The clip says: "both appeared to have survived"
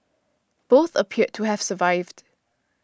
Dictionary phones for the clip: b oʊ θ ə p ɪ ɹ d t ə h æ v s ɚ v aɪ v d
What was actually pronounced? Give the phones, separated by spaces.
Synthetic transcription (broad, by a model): b oʊ θ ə p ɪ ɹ t ə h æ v s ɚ v aɪ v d